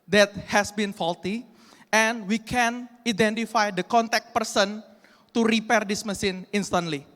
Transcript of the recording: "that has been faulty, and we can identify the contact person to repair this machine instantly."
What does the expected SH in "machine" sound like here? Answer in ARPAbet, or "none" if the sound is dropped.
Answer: S